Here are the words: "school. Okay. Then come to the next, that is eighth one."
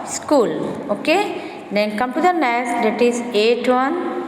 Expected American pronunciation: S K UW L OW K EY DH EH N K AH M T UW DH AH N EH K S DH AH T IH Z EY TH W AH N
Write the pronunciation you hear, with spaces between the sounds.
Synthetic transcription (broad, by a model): S K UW L OW K EY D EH N K AH M T UW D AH N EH S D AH T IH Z EY T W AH N